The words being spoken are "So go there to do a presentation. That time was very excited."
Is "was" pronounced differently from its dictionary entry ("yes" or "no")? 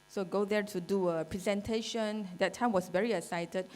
yes